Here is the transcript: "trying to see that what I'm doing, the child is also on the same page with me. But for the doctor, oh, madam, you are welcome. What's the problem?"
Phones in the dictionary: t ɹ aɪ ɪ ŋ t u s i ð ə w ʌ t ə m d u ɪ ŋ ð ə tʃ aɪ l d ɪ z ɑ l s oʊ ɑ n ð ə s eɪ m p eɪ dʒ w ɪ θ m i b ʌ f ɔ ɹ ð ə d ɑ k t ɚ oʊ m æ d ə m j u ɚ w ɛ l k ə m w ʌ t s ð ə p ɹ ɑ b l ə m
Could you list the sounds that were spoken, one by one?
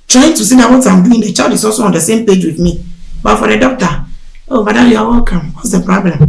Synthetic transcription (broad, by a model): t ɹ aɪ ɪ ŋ t u s i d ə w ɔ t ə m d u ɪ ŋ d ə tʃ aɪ d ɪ s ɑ s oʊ ɑ n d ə s eɪ m p eɪ dʒ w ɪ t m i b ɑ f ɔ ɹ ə d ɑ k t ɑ oʊ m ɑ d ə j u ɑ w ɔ k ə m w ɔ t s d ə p ɹ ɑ b l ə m